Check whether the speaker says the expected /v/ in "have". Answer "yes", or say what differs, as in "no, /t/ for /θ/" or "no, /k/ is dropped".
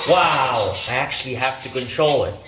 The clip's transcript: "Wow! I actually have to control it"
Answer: no, /f/ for /v/